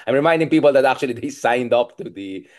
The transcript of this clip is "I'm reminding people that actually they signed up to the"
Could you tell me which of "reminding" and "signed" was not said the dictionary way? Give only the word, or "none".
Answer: none